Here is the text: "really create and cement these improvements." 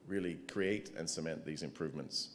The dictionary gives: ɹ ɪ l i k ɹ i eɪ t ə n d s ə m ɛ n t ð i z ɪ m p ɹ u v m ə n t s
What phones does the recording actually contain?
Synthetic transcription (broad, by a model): ɹ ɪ l i k ɹ i eɪ t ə n s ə m ɛ n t ð i z ɪ m p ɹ u v m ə n t s